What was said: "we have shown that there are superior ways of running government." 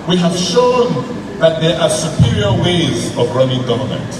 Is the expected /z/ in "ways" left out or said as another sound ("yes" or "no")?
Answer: no